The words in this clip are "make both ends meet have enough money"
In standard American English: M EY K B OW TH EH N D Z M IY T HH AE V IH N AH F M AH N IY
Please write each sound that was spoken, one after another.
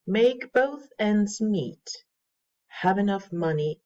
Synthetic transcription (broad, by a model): M EY K B OW TH EH N D Z M IY T HH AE V IH N AH F M AH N IY